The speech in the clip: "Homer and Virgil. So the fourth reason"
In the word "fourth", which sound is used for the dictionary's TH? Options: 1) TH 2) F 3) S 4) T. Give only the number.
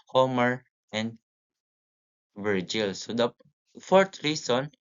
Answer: 4